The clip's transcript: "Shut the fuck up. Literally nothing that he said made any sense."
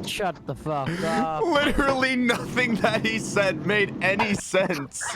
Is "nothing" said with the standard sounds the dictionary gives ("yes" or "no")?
yes